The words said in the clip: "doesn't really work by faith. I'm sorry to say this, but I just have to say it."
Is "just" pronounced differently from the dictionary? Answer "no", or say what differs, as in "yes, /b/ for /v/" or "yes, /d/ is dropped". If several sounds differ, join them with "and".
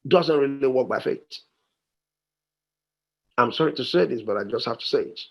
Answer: no